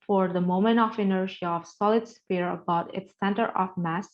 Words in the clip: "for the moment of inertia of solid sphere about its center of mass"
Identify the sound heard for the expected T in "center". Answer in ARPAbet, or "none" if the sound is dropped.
T